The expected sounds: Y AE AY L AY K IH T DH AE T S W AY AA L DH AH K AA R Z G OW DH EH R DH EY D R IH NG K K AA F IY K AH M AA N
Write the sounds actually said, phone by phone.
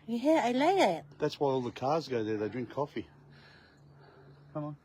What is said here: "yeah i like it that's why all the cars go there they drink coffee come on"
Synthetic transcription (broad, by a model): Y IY AY L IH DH IH T DH AE T S W AY AA L DH AH K AA R Z G OW DH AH R DH EY D R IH NG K K AA F IY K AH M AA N